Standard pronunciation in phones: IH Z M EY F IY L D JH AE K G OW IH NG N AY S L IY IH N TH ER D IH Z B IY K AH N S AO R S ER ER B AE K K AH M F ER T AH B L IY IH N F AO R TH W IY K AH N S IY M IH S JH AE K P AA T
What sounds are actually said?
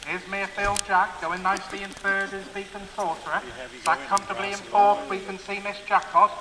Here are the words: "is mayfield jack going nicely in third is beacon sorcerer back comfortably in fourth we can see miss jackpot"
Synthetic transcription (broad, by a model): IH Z M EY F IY L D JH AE K G OW IH NG N AY S L IY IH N F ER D IH Z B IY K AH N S AO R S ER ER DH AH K K AH M F T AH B L IY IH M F AO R T W IY K AH N S IY M IH S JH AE K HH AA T